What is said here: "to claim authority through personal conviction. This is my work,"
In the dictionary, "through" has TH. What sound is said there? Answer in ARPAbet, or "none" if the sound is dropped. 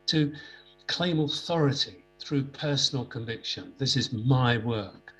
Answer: TH